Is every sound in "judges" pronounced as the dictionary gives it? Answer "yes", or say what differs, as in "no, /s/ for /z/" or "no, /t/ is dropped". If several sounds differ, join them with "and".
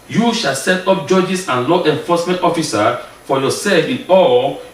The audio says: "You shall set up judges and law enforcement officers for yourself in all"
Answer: no, /s/ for /z/